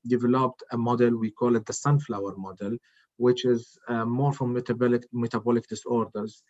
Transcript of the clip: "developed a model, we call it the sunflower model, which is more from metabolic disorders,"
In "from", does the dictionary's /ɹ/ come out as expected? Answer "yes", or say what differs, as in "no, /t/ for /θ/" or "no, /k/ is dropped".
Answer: no, /l/ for /ɹ/